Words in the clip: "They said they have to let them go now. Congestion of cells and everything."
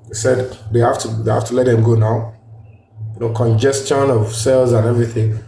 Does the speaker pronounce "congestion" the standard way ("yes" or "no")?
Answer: yes